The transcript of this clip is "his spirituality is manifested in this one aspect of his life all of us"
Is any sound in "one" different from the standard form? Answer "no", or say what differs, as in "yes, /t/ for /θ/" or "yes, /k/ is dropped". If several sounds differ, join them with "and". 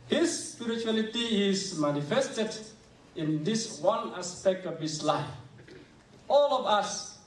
no